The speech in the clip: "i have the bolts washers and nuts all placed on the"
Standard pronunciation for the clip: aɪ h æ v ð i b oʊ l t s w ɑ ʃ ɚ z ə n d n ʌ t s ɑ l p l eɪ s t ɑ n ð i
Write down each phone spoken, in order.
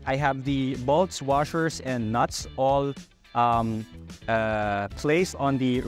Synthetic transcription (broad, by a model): aɪ h æ v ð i b oʊ l t s w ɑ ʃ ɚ s ə n d n ʌ t s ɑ l p l eɪ s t ɑ n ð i